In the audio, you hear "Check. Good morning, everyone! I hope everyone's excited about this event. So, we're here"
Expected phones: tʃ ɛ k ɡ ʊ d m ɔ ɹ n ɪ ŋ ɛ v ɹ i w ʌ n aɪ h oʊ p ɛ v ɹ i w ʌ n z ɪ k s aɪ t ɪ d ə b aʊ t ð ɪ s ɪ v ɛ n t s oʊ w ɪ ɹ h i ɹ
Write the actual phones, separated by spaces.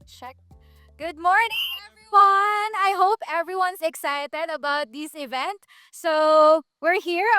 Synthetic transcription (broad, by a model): tʃ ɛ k ɡ ʊ d m ɔ ɹ n ɪ ŋ ɛ v ɹ i w ʌ n aɪ h oʊ p ɛ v ɹ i w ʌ n s ɪ k s aɪ t ɪ d ə b aʊ t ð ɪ s ɪ v ɛ n t s oʊ w ɪ ɹ h i ɹ